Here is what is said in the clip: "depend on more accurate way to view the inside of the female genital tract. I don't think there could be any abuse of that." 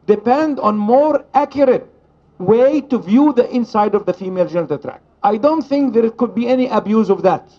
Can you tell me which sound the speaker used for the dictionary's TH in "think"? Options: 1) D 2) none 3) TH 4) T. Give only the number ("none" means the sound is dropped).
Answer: 3